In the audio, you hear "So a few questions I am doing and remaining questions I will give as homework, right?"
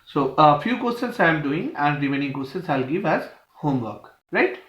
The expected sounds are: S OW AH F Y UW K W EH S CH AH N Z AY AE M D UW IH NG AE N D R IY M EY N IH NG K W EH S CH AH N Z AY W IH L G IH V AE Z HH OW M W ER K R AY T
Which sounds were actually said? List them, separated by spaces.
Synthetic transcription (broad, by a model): S OW AH F Y UW K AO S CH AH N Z AY M D UW IH NG AE N D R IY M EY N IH NG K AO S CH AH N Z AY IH L G IH V AE Z HH OW M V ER K R AY T